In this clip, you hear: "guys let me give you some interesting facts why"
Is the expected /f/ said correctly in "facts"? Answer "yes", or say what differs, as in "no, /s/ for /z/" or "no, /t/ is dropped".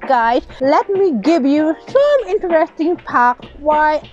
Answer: no, /p/ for /f/